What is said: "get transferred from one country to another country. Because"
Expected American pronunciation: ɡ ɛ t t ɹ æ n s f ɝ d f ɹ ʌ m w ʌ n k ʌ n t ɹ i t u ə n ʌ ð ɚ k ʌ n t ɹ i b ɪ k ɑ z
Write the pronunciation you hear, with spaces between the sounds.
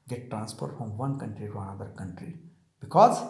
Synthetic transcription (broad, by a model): ɡ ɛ t t ɹ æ n s p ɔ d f ɹ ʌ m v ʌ n k ʌ n t ɹ i t u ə n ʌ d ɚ k ʌ n t ɹ i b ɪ k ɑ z